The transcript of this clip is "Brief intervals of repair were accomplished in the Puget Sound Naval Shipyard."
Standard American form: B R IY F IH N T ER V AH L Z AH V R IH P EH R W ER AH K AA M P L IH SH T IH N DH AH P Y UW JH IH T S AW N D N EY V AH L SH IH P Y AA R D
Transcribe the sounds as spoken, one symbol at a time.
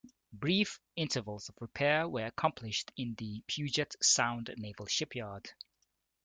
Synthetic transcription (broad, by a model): B R IY F IH N T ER V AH L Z AH V R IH P EH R W ER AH K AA M P L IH SH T IH N DH AH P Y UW JH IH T S AW N D N EY V AH L SH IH P Y AA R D